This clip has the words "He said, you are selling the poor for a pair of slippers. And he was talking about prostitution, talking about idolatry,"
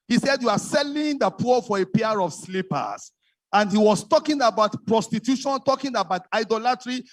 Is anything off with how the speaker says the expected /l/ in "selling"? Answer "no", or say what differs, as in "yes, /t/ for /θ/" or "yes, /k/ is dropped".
no